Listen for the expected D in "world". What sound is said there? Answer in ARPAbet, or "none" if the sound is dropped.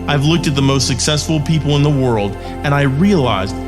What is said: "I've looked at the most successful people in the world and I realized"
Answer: D